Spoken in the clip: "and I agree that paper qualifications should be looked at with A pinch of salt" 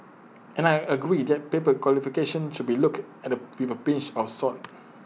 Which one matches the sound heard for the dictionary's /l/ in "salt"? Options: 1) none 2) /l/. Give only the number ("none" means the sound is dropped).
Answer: 1